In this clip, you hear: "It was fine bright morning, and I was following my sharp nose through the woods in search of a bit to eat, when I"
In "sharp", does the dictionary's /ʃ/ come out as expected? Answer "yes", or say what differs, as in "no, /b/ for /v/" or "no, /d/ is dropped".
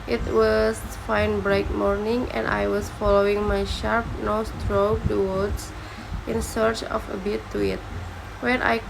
yes